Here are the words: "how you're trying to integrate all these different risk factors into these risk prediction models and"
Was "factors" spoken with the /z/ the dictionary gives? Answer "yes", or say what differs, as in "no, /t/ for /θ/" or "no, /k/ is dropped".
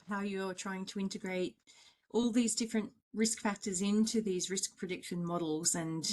yes